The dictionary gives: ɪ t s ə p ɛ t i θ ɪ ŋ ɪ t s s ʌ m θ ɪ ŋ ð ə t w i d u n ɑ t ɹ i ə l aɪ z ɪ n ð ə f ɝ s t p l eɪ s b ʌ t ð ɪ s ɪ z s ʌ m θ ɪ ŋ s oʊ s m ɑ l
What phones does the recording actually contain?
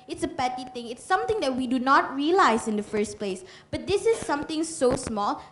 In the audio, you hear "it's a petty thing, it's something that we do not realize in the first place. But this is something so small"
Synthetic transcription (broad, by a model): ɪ t s ə p ɛ t i t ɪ ŋ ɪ t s s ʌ m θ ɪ ŋ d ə t w i d u n ɑ t ɹ i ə l aɪ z ɪ n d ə f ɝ s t p l eɪ s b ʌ t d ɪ s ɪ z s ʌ m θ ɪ ŋ s oʊ s m ɑ l